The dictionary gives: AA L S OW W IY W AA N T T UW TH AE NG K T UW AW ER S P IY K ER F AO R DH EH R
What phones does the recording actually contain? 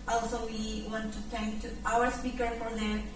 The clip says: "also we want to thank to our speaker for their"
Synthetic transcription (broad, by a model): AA L S OW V IY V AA N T T UW T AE NG K T UW AW ER S P IY K ER F AO R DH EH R